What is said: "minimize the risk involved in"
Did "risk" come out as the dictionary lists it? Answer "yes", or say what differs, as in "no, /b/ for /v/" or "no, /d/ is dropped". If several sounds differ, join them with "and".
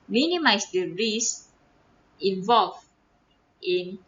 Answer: no, /k/ is dropped